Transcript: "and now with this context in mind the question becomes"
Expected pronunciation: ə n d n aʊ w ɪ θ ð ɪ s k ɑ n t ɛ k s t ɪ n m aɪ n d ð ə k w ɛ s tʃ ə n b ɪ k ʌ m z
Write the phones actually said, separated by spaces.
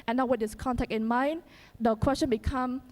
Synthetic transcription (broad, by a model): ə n n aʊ w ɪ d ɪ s k ɑ n t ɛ k t ɪ n m aɪ n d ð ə k w ɛ s tʃ ə n b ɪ k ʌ m